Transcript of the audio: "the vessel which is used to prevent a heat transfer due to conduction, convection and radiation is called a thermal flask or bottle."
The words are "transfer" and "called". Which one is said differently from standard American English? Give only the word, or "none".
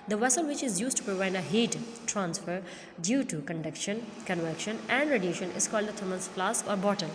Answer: none